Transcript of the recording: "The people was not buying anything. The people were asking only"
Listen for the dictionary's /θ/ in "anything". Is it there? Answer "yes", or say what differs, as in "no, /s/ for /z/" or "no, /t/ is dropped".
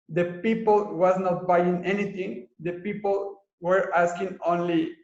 no, /t/ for /θ/